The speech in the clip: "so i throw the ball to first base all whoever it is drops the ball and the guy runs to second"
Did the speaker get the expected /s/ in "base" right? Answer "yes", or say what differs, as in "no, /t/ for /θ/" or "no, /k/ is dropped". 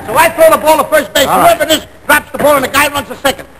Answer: no, /s/ is dropped